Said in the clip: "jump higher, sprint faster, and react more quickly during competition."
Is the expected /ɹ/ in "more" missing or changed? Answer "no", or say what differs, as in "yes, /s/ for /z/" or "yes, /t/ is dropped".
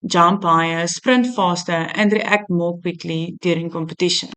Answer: yes, /l/ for /ɹ/